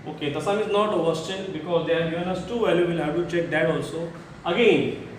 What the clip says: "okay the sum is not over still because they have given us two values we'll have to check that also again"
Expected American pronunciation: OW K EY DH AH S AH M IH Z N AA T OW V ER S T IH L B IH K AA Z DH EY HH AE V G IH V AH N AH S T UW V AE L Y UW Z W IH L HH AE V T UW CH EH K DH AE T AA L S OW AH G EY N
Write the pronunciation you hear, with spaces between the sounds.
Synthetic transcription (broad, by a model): OW K EY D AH S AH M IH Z N AA T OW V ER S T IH N B IH K AA Z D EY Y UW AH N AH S T UW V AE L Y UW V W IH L HH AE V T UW CH EH K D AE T AA L S OW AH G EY N